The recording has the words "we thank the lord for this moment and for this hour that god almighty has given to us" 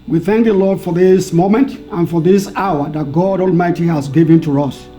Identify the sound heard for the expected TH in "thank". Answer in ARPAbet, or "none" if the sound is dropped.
TH